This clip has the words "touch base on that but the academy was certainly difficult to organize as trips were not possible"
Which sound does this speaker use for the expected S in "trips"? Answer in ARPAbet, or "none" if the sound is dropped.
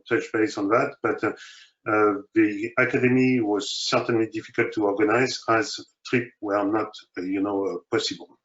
none